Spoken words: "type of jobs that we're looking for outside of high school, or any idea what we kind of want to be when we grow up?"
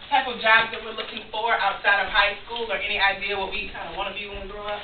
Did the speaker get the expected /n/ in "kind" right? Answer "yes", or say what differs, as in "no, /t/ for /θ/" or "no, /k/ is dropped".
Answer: no, /n/ is dropped